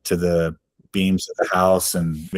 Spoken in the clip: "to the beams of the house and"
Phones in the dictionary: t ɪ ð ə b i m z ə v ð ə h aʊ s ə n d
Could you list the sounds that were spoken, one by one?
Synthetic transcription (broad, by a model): t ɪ ð ə b i m z ə v ð ə h aʊ s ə n